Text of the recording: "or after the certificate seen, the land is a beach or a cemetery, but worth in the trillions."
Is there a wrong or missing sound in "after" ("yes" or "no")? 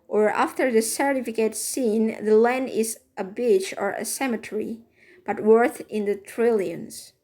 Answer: no